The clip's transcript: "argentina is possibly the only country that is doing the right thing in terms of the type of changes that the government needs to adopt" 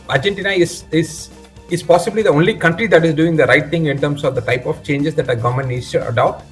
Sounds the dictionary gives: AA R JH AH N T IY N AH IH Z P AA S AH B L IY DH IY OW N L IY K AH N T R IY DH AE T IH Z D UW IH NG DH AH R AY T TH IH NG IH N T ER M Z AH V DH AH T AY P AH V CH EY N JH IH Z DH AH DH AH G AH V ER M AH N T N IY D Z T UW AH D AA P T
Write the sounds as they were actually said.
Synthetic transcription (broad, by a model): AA R JH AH N T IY N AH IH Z P AA S AH B L IY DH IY OW N L IY K AH N T R IY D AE T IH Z D UW IH NG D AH R AY T T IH NG IH N T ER M S AH V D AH T AY P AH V CH EY N JH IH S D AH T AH G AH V M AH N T N IY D S T UW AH D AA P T